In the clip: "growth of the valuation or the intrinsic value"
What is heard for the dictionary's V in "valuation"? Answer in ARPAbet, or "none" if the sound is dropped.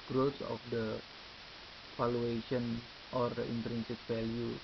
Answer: F